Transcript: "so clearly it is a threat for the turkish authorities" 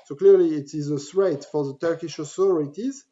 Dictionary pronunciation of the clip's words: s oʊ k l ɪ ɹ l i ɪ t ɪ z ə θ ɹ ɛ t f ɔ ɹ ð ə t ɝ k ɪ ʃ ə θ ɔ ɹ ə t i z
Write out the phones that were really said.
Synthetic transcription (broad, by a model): s oʊ k l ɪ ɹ l i ɪ t ɪ z ə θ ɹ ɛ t f ɔ ɹ ð ə t ɝ k ɪ ʃ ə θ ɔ ɹ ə t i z